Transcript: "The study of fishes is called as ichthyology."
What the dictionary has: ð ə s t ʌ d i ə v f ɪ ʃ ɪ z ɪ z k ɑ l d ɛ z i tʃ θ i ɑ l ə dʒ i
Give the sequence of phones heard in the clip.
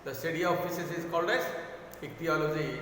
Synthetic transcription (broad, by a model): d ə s t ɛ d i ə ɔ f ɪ s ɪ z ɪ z k ɑ l d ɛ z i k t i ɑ l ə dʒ i